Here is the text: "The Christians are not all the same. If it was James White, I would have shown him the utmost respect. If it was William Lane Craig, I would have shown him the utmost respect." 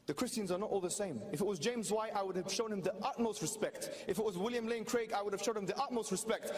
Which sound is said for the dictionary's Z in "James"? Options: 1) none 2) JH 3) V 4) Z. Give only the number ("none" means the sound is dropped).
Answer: 4